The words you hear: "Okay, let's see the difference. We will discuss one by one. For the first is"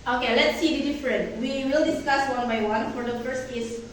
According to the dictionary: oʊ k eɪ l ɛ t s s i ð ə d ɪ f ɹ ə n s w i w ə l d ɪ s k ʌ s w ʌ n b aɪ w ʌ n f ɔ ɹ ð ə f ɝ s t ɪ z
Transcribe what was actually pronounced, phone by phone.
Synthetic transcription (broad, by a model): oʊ k eɪ l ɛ t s s i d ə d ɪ f ɹ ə n w i w ə l d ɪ s k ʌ s w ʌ n b aɪ w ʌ n f ɔ ɹ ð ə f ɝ s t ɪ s